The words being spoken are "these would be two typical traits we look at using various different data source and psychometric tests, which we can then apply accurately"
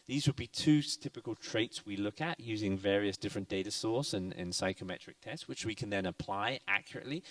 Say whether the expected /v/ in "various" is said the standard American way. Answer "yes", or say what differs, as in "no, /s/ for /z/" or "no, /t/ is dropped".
yes